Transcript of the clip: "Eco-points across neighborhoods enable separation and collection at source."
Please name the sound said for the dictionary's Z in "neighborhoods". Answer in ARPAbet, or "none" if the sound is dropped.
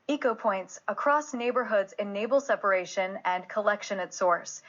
Z